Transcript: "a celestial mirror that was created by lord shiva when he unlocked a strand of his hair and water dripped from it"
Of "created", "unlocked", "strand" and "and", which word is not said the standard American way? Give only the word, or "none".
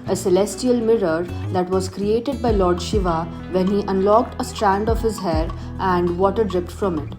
none